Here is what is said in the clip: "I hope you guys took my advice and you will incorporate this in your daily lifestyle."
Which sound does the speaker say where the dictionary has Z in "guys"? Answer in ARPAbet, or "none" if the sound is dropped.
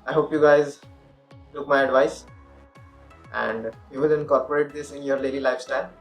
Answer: Z